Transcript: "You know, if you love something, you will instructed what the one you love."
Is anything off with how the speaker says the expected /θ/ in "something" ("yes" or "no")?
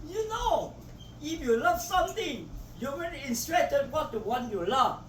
yes